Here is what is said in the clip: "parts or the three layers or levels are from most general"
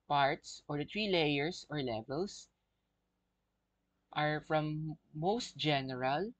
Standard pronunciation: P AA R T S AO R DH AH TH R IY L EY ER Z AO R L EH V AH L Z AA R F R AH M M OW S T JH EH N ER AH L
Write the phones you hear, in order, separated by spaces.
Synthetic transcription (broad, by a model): P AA R T S AO R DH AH T R IY L EY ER S AO R L EH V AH L S AA R F R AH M M OW S T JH EH N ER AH L